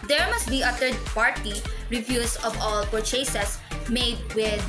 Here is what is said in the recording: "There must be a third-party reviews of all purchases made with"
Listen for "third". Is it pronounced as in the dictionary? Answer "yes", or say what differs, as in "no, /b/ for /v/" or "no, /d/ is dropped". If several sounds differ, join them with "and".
no, /t/ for /θ/